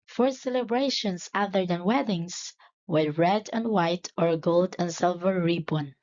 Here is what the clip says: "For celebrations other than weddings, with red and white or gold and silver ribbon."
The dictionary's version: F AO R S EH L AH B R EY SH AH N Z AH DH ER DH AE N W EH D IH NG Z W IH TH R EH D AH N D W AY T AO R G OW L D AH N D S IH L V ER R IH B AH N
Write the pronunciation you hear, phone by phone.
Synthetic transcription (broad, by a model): F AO R S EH L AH B R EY SH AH N S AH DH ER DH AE N W EH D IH NG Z W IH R R EH D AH N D W AY T AO R G OW L D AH N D S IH L V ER R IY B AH N